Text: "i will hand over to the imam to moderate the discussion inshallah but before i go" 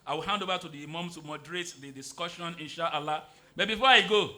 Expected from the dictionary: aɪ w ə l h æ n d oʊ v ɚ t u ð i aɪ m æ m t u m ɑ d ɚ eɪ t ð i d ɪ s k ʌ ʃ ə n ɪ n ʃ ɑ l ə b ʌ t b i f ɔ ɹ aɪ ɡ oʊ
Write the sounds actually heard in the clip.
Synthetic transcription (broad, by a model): aɪ w ə l h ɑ n d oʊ v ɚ t u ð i m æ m t u m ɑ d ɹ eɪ t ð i d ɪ s k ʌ ʃ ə n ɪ n ʃ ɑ l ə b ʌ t b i f ɔ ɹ aɪ ɡ oʊ